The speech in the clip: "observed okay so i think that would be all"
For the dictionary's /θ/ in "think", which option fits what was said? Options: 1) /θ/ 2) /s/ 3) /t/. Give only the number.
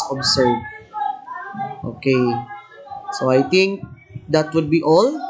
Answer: 3